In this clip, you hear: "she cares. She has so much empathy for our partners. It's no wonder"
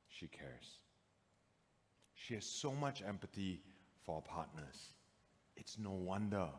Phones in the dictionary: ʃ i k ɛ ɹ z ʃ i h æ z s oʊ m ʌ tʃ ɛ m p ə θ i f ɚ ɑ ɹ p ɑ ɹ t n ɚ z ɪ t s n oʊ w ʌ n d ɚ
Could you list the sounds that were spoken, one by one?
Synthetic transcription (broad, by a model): ʃ i k ɛ ɹ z ʃ i h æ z s oʊ m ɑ tʃ ɛ m p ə t i f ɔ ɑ p ɑ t n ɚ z ɪ t s n oʊ w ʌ n d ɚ